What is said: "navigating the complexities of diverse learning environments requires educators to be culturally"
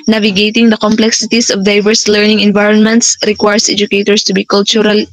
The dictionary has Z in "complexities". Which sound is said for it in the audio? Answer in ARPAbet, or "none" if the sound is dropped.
S